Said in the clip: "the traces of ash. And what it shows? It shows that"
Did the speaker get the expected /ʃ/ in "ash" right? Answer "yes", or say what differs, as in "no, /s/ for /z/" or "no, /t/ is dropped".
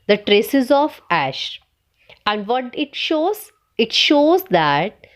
yes